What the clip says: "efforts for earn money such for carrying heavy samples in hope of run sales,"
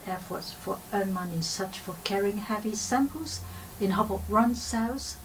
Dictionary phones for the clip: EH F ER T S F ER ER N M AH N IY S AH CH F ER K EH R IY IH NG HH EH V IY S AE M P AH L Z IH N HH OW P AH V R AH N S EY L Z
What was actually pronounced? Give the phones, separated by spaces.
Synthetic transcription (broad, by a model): EH F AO T S F ER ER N M AH N IY S AH CH F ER K EH R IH NG HH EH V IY S AE M P AH L Z IH N HH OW B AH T R AH N S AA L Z